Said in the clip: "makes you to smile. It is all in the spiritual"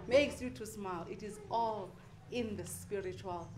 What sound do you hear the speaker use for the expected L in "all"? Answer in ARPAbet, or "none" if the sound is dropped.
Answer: L